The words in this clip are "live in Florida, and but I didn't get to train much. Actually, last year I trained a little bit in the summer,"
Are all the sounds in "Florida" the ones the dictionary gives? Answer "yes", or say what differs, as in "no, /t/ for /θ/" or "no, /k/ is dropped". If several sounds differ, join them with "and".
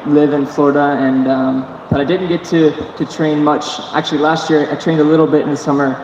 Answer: yes